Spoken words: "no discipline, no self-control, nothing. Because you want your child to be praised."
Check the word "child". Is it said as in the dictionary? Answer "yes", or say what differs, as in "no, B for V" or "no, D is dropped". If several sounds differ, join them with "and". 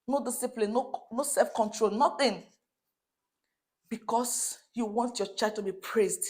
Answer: no, L is dropped